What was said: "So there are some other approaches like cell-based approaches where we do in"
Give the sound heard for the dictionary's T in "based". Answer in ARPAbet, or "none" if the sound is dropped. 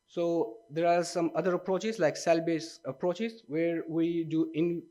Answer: none